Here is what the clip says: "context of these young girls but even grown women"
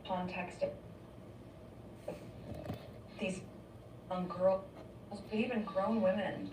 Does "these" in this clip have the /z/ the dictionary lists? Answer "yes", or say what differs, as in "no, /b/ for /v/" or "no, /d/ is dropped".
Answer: yes